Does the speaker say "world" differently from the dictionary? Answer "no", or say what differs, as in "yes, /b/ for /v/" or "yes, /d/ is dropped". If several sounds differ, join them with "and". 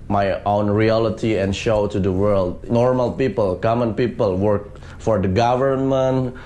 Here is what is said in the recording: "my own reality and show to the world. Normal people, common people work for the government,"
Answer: no